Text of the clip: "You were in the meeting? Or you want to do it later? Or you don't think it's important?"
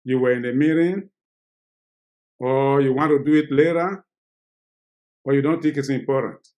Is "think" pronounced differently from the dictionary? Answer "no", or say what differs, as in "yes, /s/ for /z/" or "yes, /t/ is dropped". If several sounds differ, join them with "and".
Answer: yes, /t/ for /θ/ and /ŋ/ is dropped